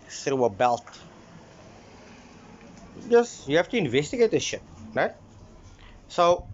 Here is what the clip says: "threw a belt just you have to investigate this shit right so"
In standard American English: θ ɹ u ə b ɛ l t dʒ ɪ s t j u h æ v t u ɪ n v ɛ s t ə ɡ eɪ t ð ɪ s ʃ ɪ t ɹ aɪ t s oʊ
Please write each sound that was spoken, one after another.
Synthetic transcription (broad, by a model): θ ɹ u ə b ɛ l t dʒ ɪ s j u h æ f t u ɪ n v ɛ s t ə ɡ eɪ t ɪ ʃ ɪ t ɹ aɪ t s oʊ